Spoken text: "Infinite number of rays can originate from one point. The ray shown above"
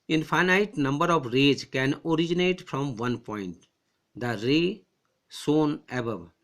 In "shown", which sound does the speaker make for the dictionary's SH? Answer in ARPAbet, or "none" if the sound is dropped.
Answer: S